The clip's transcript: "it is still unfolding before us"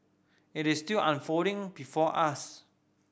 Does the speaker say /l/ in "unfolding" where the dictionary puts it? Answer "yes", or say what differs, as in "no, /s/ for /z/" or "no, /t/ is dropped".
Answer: no, /l/ is dropped